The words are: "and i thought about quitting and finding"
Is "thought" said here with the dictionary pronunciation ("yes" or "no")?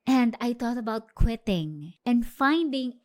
no